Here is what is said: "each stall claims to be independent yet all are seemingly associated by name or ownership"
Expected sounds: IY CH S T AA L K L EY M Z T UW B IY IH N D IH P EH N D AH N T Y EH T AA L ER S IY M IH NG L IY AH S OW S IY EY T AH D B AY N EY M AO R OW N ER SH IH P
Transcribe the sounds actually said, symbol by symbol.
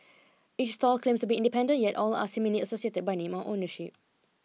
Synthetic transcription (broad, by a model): IY CH S T AA L K L EY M S T UW B IY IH N D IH P EH N D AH N Y EH T AA L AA S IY M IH L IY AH S OW S IY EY T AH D B AY N EY M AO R OW N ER SH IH P